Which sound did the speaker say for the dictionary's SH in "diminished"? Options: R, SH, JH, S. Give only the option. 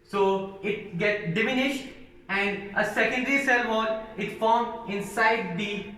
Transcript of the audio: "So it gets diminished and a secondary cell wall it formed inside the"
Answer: SH